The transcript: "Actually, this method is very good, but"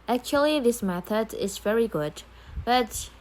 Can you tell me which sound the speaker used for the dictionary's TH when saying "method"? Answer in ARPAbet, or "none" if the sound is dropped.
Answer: TH